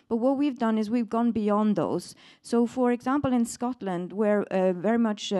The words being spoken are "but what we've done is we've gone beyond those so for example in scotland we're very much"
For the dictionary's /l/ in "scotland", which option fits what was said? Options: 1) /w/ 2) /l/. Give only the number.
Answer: 2